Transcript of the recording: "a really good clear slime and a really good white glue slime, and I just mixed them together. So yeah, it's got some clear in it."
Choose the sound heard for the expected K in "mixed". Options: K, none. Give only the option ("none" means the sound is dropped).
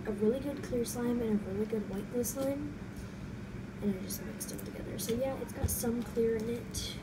none